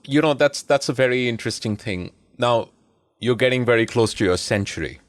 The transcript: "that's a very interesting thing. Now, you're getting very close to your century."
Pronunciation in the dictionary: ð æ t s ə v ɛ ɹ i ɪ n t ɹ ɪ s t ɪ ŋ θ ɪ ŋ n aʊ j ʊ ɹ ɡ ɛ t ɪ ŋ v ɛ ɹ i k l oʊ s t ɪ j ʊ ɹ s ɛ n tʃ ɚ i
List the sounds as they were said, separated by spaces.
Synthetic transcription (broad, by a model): ð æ t s ə v ɛ ɹ i ɪ n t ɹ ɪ s t ɪ ŋ θ ɪ ŋ n aʊ j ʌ ɹ ɡ ɛ t ɪ ŋ v ɛ ɹ i k l oʊ s t ɪ j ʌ ɹ s ɛ n tʃ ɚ i